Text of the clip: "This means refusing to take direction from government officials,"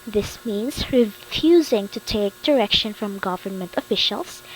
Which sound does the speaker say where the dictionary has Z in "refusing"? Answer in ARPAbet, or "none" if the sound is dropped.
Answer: Z